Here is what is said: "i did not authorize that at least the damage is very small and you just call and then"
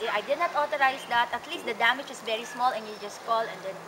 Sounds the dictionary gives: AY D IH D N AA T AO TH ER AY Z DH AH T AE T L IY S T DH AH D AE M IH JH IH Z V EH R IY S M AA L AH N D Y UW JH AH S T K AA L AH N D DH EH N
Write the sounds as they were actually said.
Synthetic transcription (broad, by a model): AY D IH D N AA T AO T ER AY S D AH T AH T L IY S T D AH D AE M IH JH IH S V EH R IY S M AA L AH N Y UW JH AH S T K AA L AH N D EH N